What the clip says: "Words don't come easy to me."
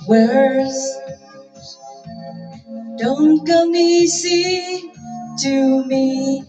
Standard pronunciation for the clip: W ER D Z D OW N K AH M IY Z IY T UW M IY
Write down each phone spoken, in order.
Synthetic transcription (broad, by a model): W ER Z D OW N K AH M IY S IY T UW M IY